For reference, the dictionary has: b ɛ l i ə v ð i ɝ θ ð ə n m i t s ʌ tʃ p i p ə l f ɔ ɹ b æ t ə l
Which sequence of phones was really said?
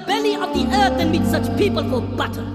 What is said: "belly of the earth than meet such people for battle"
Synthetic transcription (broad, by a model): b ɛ l i ə v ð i ɝ θ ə n m i t s ʌ tʃ p i p ə l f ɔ l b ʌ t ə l